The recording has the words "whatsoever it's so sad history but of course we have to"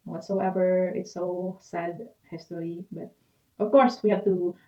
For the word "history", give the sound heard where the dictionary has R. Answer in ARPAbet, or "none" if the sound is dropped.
L